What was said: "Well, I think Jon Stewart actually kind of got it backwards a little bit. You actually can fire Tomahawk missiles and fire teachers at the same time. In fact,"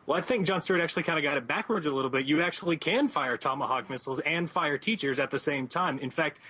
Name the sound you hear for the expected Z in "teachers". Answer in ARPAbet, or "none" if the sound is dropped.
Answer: Z